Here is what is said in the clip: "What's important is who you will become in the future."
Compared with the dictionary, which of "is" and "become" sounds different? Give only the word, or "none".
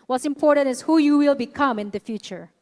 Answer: is